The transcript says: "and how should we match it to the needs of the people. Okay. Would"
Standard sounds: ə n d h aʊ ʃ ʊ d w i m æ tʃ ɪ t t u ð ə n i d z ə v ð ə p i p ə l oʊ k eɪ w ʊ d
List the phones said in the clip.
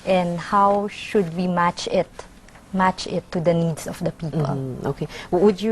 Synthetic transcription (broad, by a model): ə n d h aʊ ʃ ʊ d w i m æ tʃ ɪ t t u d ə n i d s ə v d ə p i p ə l oʊ k eɪ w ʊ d